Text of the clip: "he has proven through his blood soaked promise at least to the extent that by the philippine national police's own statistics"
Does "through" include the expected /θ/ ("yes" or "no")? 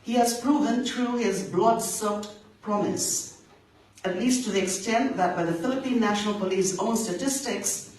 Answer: no